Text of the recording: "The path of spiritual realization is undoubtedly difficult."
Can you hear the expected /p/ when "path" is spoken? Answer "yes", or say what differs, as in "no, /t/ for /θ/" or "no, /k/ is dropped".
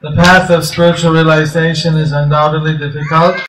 yes